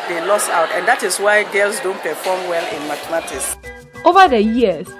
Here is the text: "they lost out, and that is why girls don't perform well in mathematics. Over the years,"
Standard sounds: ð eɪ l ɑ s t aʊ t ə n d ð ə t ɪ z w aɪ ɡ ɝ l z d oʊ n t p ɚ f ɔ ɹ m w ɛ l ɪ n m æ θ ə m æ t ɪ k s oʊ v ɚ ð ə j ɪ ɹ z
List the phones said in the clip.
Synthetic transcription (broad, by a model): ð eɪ l ɑ s aʊ t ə n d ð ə t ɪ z w aɪ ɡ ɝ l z d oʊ n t p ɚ f ɔ m w ɛ l ɪ n m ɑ t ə m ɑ t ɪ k s oʊ v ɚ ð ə j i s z